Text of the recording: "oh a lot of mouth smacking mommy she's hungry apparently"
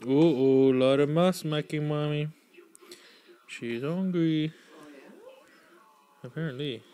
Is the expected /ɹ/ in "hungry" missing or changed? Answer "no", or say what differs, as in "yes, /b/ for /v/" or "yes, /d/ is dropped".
yes, /ɹ/ is dropped